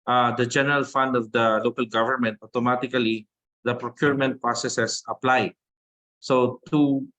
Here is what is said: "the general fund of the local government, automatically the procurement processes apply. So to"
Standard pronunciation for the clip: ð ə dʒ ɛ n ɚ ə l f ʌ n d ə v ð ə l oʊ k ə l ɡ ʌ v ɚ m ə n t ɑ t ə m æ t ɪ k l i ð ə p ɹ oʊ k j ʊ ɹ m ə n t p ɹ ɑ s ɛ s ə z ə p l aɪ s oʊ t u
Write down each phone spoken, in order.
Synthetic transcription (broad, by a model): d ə dʒ ɛ n ɚ ə l f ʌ n d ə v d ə l oʊ k ə l ɡ ʌ v ɚ m ə n t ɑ t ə m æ t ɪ k l i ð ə p ɹ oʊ k j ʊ ɹ m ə n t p ɹ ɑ s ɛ s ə s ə p l aɪ s oʊ t u